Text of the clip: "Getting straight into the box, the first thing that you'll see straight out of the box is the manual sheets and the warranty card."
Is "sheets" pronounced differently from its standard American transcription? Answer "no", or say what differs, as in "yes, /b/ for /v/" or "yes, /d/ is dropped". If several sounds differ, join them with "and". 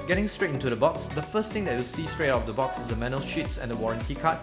no